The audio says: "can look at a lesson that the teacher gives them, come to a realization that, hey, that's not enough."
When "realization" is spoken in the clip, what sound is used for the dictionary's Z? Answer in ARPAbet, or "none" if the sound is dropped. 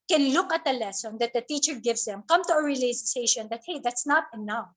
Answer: S